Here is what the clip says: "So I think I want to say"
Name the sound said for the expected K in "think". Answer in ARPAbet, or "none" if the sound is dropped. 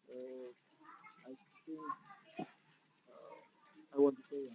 none